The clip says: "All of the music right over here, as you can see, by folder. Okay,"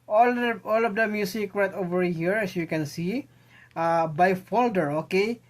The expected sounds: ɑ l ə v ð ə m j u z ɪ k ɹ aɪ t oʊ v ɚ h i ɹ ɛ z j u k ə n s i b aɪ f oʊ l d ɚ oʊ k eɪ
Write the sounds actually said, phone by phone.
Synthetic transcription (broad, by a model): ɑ l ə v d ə m j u s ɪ k ɹ aɪ t oʊ v ɚ h i ɹ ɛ s j u k ə n s i b aɪ f oʊ l d ɚ oʊ k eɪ